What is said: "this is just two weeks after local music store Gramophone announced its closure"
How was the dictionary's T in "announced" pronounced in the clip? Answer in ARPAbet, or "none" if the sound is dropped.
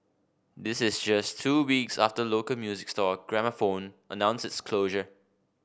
none